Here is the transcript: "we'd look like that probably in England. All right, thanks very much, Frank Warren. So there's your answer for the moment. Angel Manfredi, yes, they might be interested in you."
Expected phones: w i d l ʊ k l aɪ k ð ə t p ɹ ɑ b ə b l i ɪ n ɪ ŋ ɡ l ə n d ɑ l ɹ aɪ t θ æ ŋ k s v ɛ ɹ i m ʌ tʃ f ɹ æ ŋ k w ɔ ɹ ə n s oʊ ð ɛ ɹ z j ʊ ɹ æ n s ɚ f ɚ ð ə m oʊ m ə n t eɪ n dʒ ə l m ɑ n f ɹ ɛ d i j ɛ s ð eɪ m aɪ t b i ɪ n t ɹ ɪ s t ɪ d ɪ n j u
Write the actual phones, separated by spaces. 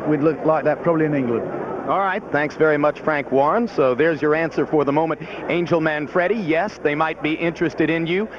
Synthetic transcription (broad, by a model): w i d l ʊ k l aɪ k ð ə t p ɹ ɑ b ə b l i ɪ n ɪ ŋ ɡ l ə n d ɑ l ɹ aɪ t θ æ ŋ k s v ɛ ɹ i m ʌ tʃ f ɹ æ ŋ k w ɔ ɹ n s oʊ ð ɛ ɹ z j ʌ ɹ æ n s ɚ f ɚ ð ə m oʊ m ə n t eɪ n dʒ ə l m ɑ n f ɹ ɛ d i j ɛ s ð eɪ m aɪ t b i ɪ n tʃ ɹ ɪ s t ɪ d ɪ n j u